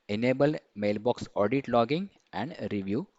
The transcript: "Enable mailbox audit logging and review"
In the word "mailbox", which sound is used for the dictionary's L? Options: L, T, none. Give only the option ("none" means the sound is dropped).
L